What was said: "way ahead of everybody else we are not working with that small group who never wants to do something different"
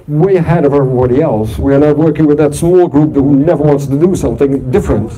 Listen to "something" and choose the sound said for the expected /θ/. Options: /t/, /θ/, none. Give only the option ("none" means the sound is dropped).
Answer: /θ/